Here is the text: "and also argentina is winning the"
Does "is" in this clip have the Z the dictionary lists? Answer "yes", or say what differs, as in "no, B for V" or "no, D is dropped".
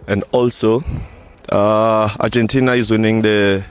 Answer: yes